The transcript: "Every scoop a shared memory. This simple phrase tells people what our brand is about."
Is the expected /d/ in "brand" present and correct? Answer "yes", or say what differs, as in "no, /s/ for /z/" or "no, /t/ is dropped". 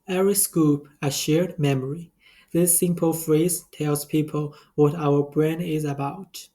no, /d/ is dropped